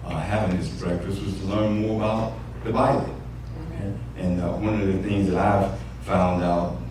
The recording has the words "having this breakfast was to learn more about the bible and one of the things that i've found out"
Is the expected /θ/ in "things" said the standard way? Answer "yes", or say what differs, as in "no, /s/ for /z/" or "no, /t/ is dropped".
yes